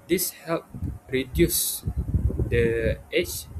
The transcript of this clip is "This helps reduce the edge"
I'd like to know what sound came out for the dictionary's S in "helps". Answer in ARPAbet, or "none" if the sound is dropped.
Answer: none